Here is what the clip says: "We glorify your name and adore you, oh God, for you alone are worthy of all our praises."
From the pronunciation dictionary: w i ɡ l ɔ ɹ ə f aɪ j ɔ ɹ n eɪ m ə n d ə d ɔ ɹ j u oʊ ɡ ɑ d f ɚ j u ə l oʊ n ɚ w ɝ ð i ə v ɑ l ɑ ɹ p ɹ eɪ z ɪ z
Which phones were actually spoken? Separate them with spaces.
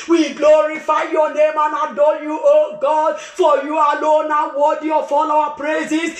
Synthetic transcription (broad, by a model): w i ɡ l ɔ ɹ ə f aɪ j ɔ n eɪ m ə n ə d ɔ j u oʊ ɡ ɑ d f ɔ j u ə l oʊ n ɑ w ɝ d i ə f ɑ l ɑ w p ɹ eɪ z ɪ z